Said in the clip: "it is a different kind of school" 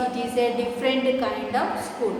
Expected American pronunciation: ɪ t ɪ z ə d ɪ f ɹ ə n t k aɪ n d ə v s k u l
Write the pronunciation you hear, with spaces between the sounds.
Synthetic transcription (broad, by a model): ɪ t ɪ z ə d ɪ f ɹ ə n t k aɪ n d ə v s k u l